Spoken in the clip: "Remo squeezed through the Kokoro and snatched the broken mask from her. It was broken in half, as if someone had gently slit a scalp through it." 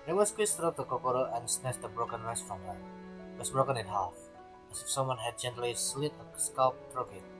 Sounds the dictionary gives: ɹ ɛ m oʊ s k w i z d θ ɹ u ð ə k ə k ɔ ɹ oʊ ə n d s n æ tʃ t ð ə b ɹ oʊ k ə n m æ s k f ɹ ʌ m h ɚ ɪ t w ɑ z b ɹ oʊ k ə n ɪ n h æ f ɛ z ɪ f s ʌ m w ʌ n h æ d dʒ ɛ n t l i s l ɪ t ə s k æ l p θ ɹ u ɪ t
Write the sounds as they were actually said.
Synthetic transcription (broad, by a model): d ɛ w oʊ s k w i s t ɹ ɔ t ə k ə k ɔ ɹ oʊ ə n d s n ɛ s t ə b ɹ oʊ k ə n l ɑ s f ɹ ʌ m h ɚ ɪ t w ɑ s b ɹ oʊ k ə n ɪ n h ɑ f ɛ s ɪ f s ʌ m w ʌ n h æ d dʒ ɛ n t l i s l ɪ t ə s k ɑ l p t ɹ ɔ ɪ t